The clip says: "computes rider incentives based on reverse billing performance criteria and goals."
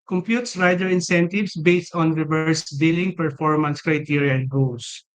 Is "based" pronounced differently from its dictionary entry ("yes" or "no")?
no